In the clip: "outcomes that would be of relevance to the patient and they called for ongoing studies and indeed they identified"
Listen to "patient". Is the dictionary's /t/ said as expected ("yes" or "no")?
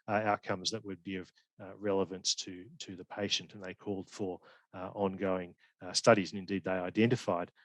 yes